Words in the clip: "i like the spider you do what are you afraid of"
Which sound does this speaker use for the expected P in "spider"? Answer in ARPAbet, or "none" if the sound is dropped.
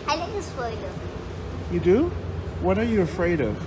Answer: F